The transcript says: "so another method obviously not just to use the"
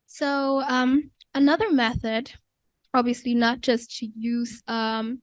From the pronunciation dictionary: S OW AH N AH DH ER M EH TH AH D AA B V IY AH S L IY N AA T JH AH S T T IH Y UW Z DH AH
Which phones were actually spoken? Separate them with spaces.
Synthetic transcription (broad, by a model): S OW AH N AH DH ER M EH TH AH D AA B V IY AH S L IY N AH T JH AH S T T IH Y UW Z AH